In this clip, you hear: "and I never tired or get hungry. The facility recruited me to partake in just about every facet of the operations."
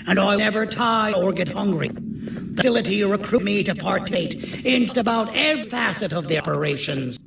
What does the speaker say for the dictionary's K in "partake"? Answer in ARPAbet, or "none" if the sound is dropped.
none